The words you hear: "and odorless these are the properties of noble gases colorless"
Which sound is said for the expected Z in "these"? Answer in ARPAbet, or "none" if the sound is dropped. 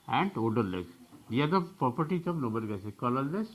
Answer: none